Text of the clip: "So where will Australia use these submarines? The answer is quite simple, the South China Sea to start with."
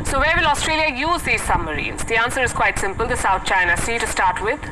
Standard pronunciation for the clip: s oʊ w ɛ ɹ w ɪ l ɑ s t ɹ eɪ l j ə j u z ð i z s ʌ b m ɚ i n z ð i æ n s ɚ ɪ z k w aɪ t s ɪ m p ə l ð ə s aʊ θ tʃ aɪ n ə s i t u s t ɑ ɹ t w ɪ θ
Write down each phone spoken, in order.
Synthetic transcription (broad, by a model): s oʊ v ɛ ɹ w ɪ l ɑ s t ɹ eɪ l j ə j u z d i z s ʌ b m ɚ i n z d i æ n s ɚ ɪ z k w aɪ t s ɪ m p ə l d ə s aʊ t tʃ aɪ n ə s i t u s t ɑ ɹ t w ɪ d